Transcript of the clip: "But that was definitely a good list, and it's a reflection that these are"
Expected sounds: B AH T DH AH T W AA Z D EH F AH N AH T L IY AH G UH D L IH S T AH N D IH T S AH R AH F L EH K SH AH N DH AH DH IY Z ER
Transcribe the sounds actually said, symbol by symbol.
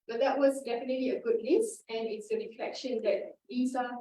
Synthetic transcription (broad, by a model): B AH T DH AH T W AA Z D EH F AH N AH T L IY AH G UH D N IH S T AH N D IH T S AH R AH F L EH K SH AH N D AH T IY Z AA